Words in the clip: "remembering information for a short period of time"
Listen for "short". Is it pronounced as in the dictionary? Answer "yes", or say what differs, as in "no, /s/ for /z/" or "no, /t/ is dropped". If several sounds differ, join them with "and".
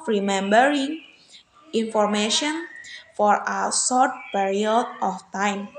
no, /s/ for /ʃ/